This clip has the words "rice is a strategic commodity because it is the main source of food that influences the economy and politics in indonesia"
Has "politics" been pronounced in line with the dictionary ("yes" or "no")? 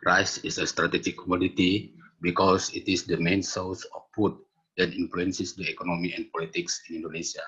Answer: yes